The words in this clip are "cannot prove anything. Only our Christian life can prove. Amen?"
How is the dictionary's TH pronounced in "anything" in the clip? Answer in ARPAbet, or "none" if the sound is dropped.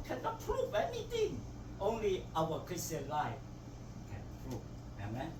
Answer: T